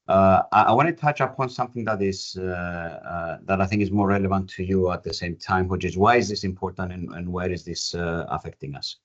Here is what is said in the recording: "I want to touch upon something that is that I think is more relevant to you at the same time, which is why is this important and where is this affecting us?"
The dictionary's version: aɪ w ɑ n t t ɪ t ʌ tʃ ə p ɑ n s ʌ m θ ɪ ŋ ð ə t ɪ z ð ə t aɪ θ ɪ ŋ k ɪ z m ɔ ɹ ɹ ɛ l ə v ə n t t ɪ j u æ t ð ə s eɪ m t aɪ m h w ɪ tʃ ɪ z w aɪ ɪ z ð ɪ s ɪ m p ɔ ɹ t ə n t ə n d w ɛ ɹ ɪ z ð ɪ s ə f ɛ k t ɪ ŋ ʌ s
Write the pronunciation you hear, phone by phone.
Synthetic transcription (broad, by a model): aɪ w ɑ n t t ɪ t ʌ tʃ ə p ɑ n s ʌ m θ ɪ ŋ ð ə t ɪ z ð ə t aɪ θ ɪ ŋ k ɪ z m ɔ ɹ ɹ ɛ l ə v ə n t t ɪ j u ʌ t ð ə s eɪ m t aɪ m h w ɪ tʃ ɪ z w aɪ ɪ z ð ɪ s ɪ m p ɔ ɹ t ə n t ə n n w ɛ ɹ ɪ z ð ɪ s ə f ɛ k t ɪ ŋ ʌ s